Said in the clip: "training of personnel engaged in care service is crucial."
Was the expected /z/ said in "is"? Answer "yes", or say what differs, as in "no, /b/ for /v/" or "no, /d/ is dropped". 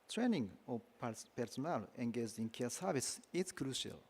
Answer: no, /s/ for /z/